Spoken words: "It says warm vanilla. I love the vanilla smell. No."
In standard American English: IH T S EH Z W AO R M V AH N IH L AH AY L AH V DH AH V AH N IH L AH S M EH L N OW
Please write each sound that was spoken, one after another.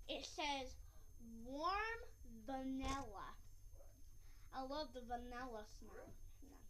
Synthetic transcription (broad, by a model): IH T S EH Z W AO R M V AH N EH L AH AY L AH V DH AH V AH N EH L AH S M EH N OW